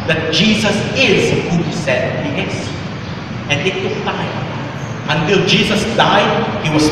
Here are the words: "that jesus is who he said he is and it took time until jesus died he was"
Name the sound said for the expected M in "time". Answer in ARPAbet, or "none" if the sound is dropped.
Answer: none